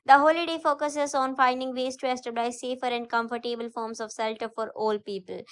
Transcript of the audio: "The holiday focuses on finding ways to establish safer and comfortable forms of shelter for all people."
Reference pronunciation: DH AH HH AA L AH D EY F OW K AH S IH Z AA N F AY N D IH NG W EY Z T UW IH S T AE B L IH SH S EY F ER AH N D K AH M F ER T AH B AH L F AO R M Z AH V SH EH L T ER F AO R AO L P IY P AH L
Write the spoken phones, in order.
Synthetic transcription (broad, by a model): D AH HH AA L AH D EY F OW K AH S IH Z AA N F AY N D IH NG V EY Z T UW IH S T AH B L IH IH S EY F ER AH N D K AH M F ER T AH B AH L F AO R M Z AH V S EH L T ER F AO R AO L P IY P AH L